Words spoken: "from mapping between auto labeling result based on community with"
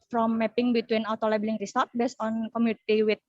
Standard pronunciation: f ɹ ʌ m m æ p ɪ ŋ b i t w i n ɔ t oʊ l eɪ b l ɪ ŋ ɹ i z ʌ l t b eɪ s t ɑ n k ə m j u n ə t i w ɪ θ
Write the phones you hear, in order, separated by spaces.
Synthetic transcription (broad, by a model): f ɹ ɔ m m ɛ p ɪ ŋ b i t w i n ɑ t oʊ l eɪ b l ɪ ŋ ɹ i s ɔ t b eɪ s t ɑ n k ə m j u n ə t i w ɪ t